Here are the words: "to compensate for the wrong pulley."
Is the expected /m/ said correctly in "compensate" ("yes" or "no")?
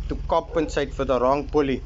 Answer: no